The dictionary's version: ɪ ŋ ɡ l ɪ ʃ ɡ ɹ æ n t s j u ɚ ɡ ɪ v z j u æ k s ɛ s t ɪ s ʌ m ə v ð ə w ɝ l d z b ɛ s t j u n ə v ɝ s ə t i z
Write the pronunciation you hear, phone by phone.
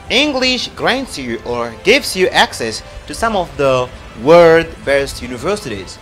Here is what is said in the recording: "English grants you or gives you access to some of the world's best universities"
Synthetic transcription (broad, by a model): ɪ ŋ ɡ l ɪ ʃ ɡ ɹ æ n t s j u ɚ ɡ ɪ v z j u æ k s ɛ s t ɪ s ʌ m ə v ð ə w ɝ d b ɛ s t j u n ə v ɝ s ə t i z